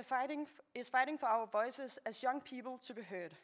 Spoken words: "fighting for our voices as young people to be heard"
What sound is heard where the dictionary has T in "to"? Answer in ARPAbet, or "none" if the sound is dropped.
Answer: S